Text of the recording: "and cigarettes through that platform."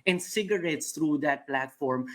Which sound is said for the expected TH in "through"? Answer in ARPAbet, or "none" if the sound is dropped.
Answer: T